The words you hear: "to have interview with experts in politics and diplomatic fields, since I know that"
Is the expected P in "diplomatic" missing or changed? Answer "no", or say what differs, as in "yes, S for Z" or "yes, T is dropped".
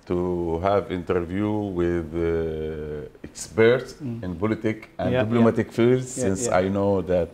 yes, B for P